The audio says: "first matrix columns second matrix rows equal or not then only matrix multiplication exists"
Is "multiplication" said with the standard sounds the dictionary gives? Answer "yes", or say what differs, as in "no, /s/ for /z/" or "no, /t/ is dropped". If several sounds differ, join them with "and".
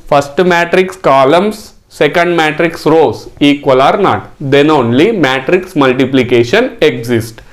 yes